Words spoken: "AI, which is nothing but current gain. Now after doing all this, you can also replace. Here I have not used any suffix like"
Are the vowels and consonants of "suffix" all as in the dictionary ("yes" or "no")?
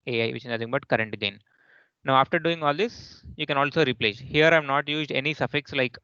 yes